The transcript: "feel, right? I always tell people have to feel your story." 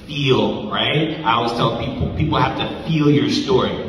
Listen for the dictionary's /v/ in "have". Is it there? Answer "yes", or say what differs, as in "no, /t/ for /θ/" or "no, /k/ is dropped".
no, /f/ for /v/